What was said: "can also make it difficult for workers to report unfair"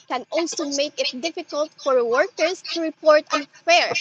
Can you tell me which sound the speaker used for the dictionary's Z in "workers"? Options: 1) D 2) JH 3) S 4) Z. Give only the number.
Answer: 3